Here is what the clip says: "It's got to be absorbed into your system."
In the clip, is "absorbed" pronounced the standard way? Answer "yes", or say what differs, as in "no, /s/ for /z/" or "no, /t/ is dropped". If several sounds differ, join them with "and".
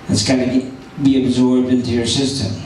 yes